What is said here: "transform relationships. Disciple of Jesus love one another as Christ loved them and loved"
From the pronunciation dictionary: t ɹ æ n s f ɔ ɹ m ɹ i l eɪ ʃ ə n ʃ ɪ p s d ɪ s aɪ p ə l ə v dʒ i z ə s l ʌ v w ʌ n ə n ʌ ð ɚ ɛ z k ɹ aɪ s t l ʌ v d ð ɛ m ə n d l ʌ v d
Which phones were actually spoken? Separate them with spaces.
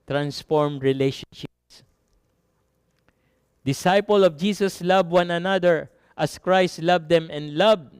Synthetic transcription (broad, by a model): t ɹ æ n s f ɔ ɹ m ɹ i l eɪ ʃ ə n ʃ ɪ p s d ɪ s aɪ p ə l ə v dʒ i s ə s l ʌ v w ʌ n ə n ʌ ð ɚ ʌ s k ɹ aɪ s t l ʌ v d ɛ m ə n d l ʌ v